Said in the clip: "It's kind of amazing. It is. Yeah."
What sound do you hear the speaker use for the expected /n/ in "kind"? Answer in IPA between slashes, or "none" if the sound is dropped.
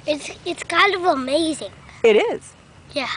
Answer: /l/